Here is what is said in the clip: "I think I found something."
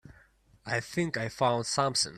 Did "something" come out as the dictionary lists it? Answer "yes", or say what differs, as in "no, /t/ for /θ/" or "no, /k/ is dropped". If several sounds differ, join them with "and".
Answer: no, /s/ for /θ/